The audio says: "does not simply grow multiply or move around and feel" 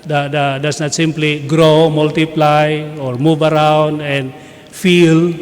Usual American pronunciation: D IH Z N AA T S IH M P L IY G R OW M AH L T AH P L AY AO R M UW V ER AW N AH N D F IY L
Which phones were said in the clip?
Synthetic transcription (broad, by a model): D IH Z N AA T S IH M P L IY G R OW M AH L T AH P L AY AO R M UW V ER AW N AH N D F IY L